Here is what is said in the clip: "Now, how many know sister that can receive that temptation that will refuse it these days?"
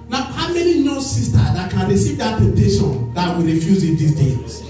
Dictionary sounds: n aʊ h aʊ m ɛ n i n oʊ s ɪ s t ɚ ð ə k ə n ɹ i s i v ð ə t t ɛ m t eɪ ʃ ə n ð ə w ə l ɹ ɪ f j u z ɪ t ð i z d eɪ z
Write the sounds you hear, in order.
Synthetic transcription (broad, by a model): n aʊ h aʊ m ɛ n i n oʊ s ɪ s t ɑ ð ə k ə n ɹ i s i v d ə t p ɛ t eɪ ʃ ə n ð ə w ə ɹ ɪ f j u z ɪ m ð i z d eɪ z